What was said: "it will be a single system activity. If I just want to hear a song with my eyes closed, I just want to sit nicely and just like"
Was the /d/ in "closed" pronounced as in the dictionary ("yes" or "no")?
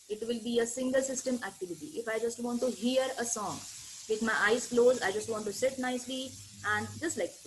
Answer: no